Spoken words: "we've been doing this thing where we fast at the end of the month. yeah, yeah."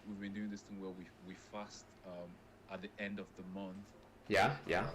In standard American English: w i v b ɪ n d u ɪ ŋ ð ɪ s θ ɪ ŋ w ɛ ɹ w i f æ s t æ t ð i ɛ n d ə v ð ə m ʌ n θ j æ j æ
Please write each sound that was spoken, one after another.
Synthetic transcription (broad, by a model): w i v b ɪ n d u ɪ ŋ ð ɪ s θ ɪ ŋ w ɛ w w i f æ s t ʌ t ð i ɛ n d ə v ð ə m ʌ n θ j æ j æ